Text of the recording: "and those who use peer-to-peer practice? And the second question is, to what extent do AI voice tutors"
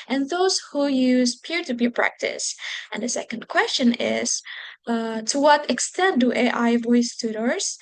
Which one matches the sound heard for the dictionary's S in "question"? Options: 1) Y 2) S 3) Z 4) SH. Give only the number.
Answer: 2